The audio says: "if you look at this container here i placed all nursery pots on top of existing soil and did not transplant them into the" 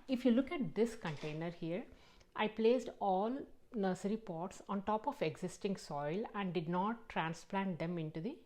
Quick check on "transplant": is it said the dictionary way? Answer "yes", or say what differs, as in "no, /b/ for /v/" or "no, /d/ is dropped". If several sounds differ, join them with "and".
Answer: yes